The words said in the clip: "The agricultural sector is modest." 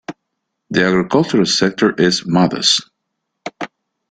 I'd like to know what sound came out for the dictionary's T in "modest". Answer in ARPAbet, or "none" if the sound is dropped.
none